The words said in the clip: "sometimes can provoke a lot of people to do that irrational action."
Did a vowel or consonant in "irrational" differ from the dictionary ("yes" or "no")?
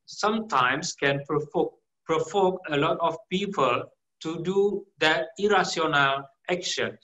yes